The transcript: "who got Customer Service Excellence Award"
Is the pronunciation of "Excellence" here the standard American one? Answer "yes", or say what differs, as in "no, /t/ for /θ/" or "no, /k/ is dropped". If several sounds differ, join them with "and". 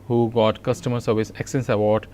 no, /l/ is dropped